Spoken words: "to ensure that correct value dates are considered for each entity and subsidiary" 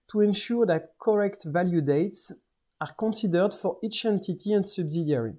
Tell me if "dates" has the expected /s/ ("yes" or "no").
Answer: yes